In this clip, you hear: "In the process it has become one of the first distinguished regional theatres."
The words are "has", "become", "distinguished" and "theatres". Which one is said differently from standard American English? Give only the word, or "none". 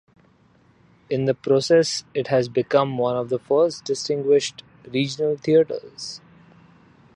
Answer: theatres